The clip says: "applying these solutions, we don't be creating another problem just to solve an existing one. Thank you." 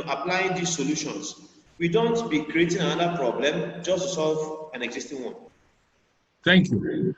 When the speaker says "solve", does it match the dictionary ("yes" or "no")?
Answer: yes